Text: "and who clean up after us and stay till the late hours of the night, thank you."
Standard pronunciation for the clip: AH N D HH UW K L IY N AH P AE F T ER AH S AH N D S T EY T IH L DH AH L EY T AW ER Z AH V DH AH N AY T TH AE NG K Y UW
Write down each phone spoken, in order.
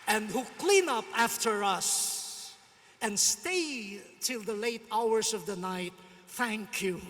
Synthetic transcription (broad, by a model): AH N D HH UW K L IY N AH P AE F T ER AH S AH N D S T EY T IH L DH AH L EY T AW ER S AH V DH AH N AY T TH AE NG K Y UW